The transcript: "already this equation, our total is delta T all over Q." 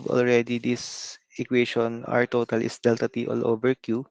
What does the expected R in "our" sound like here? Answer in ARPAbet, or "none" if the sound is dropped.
R